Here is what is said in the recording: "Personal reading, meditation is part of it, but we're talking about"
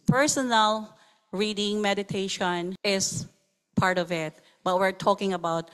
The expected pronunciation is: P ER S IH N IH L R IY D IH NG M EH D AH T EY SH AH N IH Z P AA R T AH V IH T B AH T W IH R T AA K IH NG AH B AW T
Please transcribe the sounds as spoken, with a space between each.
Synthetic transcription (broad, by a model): P ER S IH N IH L R IY D IH NG M EH D AH T EY SH AH N IH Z P AA R T AH V IH T B AH T W IH R T AA K IH NG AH B AW T